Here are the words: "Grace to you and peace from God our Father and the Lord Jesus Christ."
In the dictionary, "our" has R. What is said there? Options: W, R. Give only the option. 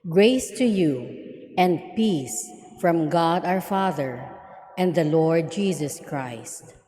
R